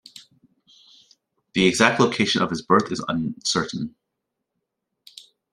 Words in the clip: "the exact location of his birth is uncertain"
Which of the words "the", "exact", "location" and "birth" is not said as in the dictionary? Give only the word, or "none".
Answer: none